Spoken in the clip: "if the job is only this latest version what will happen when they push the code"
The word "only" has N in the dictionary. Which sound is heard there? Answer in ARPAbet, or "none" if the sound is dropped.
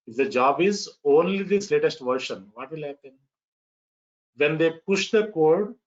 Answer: N